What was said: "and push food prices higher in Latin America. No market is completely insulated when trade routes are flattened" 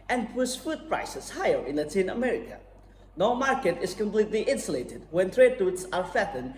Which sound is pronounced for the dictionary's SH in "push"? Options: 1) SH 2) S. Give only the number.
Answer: 2